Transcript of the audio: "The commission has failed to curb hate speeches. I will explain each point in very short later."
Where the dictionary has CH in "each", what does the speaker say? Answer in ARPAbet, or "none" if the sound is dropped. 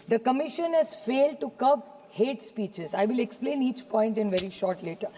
CH